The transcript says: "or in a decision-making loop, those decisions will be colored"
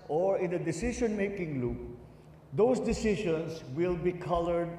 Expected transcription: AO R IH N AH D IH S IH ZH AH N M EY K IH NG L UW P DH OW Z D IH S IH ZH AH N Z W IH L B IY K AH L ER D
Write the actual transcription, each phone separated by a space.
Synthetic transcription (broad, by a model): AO R IH N AH D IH S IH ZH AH N M EY K IH NG L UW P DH OW S D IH S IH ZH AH N S W IH L B IY K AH L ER D